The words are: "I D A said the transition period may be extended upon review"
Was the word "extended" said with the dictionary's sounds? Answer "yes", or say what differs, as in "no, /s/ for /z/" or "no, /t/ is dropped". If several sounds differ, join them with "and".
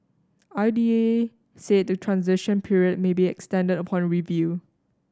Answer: yes